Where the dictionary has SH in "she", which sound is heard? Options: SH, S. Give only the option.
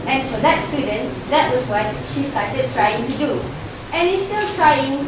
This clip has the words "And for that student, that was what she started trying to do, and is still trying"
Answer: SH